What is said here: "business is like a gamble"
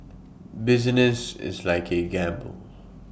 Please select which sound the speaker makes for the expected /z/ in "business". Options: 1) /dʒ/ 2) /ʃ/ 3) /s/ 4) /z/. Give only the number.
4